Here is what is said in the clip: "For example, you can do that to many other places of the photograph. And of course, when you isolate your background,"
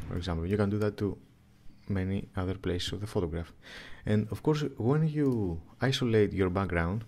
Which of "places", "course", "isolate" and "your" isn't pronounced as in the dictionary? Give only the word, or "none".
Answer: places